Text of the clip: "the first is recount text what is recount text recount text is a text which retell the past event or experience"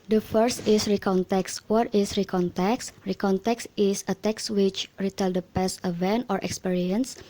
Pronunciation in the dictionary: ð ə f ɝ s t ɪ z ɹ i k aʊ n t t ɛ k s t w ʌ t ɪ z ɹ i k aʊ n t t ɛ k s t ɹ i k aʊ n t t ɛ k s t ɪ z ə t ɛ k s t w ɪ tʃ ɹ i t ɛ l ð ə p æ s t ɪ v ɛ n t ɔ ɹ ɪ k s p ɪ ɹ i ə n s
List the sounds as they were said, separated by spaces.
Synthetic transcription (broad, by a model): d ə f ɝ s t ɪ s ɹ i k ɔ n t t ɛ k s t w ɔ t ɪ s ɹ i k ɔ n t t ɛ k s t ɹ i k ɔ n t t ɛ k s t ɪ s ə t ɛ k s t w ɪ tʃ ɹ i t ɛ l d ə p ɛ s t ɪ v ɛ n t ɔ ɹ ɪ k s p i ɹ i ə n s